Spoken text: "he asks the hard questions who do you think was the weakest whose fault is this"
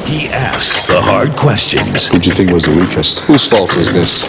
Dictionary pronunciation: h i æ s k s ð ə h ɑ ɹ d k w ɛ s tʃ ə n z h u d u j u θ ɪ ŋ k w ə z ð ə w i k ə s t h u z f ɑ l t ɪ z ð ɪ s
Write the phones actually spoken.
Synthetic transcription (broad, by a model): h i æ s k s ð ə h ɑ ɹ d k w ɛ s tʃ ə n z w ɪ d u θ ɪ ŋ k w ə z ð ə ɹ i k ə s t h u z f ɑ l t ɪ z ð ɪ s